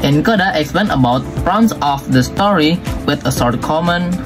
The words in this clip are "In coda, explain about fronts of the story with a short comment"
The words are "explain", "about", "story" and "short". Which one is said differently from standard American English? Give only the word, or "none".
short